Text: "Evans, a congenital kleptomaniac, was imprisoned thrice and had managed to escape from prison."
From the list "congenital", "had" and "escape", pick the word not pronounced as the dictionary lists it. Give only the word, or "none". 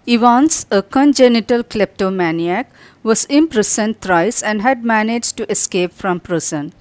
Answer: none